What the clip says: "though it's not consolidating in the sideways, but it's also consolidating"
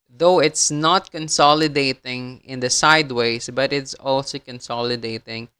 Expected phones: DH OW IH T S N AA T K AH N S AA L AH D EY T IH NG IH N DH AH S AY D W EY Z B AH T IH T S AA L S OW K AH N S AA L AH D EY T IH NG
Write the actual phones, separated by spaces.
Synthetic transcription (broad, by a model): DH OW IH T S N AA T K AH N S AA L AH D EY T IH NG IH N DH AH S AY D W EY S B AH T IH T S AA L S OW K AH N S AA L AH D EY T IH NG